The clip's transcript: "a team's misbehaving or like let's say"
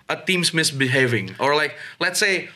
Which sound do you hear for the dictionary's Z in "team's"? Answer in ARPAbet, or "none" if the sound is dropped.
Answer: S